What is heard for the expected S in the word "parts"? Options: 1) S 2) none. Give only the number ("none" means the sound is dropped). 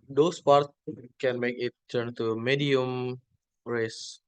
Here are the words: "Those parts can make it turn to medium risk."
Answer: 2